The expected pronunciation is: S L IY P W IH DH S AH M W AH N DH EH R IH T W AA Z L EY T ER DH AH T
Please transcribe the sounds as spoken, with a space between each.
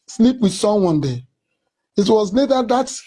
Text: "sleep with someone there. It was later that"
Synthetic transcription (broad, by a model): S L IY P W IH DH S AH M W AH N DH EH IH T W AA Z N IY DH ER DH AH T